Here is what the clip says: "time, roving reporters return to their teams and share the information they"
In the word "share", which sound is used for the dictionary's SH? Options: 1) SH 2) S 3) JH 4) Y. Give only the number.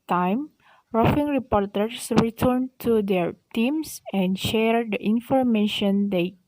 1